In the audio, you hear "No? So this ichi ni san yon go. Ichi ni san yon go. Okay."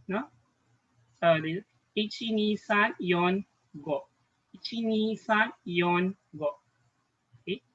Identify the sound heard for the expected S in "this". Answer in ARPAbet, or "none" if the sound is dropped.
none